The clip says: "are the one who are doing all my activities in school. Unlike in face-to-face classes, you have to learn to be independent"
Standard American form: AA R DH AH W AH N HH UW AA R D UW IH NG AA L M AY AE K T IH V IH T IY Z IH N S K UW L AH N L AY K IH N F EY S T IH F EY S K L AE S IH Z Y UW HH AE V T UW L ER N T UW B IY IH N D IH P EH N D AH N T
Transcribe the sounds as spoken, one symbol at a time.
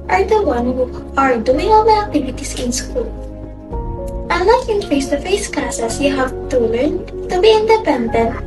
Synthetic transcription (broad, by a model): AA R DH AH W AH N HH UW AA R D UW IH NG AA L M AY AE K T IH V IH T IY S IH N S K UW L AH L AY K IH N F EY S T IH F EY S K L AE S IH S Y UW HH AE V T UW L ER N T UW B IY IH N D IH P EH N D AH N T